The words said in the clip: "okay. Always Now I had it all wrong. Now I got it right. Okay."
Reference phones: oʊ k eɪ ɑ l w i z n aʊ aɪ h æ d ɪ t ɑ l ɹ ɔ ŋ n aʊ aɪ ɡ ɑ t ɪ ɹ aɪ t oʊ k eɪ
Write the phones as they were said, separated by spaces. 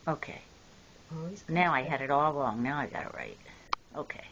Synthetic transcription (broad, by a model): oʊ k eɪ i n aʊ aɪ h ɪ d ɪ t ɑ l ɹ ɔ ŋ n aʊ aɪ ɡ ɑ t ɪ ɹ aɪ t oʊ k eɪ